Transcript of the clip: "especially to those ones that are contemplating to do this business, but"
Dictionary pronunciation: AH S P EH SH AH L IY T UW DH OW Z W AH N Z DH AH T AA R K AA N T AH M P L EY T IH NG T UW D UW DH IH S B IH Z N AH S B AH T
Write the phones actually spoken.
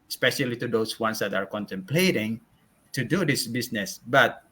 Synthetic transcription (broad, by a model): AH S P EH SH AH L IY T UW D OW S W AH N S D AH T AA R K AA N T AH M P L EY T IH NG T UW D UW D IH S B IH S N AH S B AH T